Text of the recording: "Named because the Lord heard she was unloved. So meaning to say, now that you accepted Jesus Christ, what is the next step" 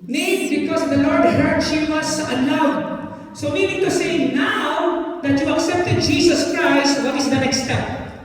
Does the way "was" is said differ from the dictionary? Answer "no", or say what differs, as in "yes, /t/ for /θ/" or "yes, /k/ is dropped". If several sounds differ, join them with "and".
yes, /s/ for /z/